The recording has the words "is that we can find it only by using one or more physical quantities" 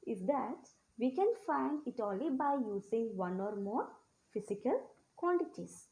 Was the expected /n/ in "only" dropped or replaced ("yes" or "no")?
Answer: yes